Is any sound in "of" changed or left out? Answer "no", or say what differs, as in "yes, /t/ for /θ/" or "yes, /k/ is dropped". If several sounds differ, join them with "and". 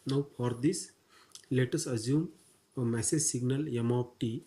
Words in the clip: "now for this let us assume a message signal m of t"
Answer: yes, /p/ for /v/